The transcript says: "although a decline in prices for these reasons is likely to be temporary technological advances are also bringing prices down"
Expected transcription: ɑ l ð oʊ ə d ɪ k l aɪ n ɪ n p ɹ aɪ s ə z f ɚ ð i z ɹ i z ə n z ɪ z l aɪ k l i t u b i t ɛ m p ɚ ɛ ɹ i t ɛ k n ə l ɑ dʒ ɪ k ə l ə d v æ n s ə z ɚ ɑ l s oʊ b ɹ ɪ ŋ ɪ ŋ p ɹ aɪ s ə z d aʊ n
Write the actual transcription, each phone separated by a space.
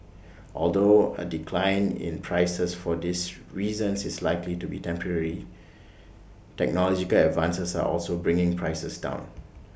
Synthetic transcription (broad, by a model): ɑ l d oʊ ə d ɪ k l aɪ n ɪ n p ɹ aɪ s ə s f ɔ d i s ɹ i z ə n s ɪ s l aɪ k l i t u b i t ɛ m p ɚ ɛ ɹ i t ɛ k n ə l ɑ dʒ ɪ k ə l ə d v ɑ n s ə s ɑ ɑ l s oʊ b ɹ ɪ ŋ ɪ ŋ p ɹ aɪ s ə s d aʊ n